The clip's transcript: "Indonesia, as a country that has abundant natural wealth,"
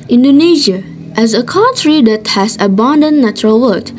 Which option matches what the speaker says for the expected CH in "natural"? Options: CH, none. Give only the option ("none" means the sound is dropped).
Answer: CH